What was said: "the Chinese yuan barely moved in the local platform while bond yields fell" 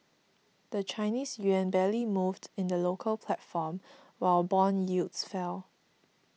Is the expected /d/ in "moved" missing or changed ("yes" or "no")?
no